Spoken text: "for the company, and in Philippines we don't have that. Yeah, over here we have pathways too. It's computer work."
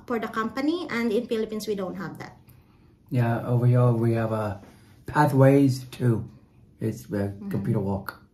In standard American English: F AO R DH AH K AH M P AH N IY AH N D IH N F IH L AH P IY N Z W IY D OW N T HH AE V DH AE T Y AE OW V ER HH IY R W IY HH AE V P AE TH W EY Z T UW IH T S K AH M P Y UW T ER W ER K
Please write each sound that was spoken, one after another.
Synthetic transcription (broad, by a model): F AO R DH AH K AH M P AH N IY AH N D IH N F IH L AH P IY N S W IY D OW N T HH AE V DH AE T Y AE OW V ER HH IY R W IY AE V P AE TH W EY Z T UW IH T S K AH M P Y UW T ER W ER K